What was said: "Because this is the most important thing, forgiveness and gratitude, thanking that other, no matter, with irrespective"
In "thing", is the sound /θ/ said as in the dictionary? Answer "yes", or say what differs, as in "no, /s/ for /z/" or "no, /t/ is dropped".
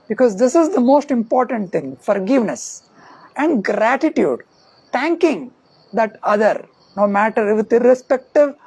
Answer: no, /t/ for /θ/